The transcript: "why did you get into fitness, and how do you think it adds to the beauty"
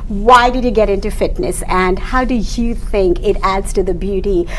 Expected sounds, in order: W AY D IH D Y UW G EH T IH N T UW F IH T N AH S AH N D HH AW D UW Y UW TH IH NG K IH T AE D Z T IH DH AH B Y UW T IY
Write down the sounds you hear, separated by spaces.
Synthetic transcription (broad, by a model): W AY D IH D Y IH G EH T IH N T UW F IH T N AH S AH N HH AW D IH Y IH TH IH NG K IH T AE D Z T IH DH AH B Y UW T IY